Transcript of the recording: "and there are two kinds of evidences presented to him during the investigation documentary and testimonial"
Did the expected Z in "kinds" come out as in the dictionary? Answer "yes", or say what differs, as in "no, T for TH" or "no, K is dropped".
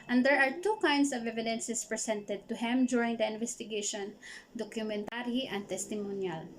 no, S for Z